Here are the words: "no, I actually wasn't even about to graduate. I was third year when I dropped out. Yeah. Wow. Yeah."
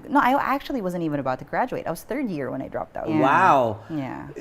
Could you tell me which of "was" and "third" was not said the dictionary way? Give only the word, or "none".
none